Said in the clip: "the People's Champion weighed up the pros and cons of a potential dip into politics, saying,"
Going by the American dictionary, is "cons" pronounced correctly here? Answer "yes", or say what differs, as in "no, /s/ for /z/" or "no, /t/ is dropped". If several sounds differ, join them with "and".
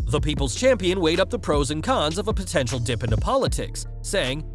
yes